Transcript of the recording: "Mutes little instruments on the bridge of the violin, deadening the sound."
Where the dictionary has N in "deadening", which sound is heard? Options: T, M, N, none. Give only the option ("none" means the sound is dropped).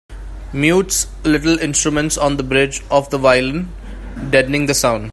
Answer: N